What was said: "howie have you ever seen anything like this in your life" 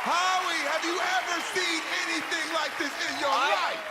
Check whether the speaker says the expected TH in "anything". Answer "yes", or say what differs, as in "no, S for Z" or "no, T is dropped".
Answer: yes